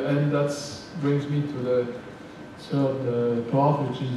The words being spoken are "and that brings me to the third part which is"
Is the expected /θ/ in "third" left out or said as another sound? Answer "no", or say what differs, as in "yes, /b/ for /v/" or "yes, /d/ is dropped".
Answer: yes, /s/ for /θ/